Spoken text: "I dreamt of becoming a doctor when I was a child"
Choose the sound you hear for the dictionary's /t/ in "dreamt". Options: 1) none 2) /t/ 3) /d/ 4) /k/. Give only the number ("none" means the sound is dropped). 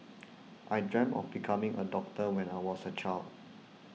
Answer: 1